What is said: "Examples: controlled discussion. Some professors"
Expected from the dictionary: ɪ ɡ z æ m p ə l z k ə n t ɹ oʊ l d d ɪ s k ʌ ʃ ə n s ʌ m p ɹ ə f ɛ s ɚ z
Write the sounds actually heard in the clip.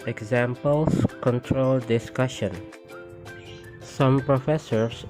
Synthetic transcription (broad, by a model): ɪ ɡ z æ m p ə l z k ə n t ɹ oʊ l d d ɪ s k ʌ ʃ ə n s ʌ m p ɹ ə f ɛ s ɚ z